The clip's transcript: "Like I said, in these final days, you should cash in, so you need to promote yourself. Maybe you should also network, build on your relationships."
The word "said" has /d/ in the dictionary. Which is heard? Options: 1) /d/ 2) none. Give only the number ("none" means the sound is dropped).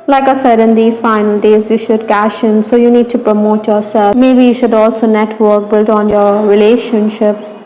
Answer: 1